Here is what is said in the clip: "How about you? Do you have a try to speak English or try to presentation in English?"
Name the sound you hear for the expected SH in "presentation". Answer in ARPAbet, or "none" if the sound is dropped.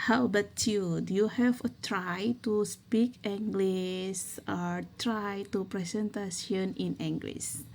S